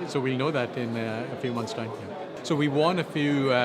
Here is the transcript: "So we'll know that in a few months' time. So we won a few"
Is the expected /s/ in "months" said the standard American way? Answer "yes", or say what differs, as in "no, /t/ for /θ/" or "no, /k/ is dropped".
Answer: yes